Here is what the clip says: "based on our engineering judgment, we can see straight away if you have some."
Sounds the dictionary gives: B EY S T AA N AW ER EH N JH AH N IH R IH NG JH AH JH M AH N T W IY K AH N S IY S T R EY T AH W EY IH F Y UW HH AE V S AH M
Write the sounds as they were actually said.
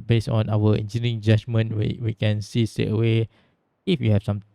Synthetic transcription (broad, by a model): B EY S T AA N AW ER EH N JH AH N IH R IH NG JH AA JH M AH N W W IY K AH N S IY S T EY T AH W EY IH F Y UW HH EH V S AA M